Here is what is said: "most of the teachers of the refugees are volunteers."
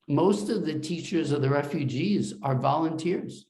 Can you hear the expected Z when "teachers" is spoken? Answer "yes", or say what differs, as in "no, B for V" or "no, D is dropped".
yes